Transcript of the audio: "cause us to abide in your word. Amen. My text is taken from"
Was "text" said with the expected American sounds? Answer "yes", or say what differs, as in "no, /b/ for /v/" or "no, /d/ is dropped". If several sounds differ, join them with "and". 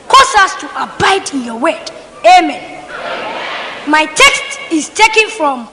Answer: yes